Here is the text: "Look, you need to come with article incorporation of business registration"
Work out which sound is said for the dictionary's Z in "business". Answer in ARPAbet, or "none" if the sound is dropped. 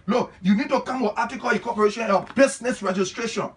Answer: S